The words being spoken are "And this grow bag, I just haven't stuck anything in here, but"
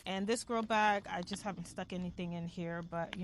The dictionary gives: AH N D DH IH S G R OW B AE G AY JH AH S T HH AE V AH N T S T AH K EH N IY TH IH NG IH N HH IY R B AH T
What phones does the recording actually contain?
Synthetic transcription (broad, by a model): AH N DH IH S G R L B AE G AY JH AH S T HH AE V N T S T AH K EH N IY TH IH NG IH N HH IY R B AH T